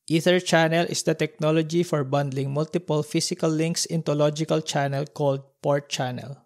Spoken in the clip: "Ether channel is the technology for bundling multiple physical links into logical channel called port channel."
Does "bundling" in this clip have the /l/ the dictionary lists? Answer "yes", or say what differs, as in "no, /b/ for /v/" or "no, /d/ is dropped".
yes